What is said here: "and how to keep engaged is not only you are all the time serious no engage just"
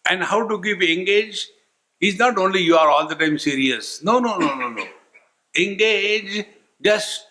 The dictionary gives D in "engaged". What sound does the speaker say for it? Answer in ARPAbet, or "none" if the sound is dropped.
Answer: none